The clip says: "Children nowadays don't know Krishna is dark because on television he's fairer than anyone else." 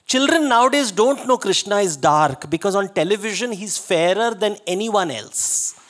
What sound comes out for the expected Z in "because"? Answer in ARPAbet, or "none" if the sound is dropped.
Z